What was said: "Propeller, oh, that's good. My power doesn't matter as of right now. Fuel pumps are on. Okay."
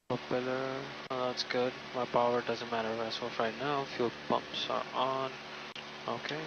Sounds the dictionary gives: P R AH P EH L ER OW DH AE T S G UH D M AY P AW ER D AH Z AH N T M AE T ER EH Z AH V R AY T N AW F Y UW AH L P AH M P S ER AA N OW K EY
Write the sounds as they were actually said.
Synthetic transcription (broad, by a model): P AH P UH L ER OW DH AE T S G UH D M AY P AW ER D AH Z AH N T M AE T ER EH S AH F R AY N AW F Y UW P AH M P S ER AA N OW K EY